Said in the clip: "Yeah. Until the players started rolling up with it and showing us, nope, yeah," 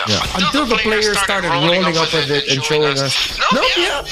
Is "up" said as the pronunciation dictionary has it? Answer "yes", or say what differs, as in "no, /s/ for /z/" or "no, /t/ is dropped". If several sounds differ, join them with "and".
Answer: yes